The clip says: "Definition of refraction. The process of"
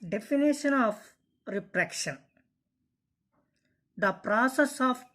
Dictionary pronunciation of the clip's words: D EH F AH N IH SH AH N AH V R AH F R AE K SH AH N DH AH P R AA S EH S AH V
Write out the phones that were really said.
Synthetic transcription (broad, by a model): D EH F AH N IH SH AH N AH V R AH P R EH K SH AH N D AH P R AA S EH S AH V